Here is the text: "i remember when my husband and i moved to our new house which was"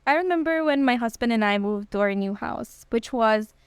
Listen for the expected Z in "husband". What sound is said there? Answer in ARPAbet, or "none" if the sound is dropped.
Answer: Z